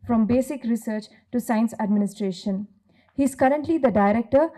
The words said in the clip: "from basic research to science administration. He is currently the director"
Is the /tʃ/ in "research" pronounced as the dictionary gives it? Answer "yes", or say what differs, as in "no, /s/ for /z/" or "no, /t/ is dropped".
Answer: yes